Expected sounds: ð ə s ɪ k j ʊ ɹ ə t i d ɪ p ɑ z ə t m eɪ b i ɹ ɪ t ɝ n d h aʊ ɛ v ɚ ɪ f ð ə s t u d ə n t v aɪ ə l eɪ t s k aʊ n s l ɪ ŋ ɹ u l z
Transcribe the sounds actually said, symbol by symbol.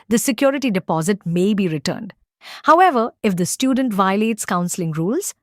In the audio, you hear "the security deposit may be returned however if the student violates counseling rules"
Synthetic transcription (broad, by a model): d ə s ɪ k j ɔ ɹ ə t i d ɪ p ɑ z ə t m eɪ b i ɹ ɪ t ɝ n d h aʊ ɛ v ɚ ɪ f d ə s t u d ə n t v aɪ ə l eɪ t s k aʊ n s l ɪ ŋ ɹ u l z